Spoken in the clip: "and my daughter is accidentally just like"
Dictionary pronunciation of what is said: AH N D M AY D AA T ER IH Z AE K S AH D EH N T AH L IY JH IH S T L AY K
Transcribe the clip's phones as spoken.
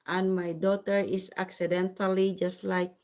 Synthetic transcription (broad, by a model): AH N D M AY D AA T ER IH S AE K S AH D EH N T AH L IY JH IH S T L AY K